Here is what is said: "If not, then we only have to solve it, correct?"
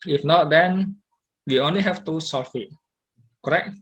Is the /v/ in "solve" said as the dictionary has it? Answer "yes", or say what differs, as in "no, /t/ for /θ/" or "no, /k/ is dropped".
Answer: no, /f/ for /v/